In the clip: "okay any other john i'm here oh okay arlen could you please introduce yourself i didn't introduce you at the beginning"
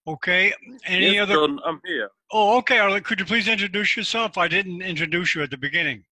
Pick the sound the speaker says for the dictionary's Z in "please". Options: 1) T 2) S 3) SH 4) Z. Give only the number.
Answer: 4